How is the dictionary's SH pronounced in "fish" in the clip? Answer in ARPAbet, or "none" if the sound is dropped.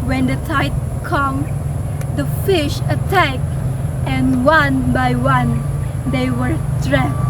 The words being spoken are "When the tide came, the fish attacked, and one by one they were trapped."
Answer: SH